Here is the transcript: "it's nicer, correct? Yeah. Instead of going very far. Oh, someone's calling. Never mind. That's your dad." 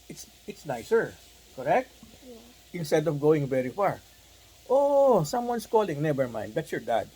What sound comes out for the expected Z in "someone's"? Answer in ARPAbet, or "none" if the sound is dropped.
S